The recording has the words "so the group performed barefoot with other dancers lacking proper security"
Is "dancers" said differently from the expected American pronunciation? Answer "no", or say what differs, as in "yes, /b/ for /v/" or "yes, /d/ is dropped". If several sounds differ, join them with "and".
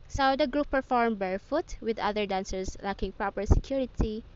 yes, /s/ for /z/